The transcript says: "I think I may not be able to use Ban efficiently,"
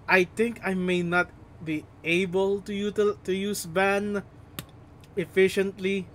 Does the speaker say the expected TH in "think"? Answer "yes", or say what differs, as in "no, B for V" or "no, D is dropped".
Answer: no, T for TH